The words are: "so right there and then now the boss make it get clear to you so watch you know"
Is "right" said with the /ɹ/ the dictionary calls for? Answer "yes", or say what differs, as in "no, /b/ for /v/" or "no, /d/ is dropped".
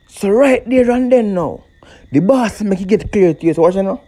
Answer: yes